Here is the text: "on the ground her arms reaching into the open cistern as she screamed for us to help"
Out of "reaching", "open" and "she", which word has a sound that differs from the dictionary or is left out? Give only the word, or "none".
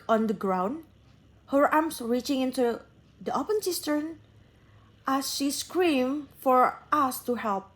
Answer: none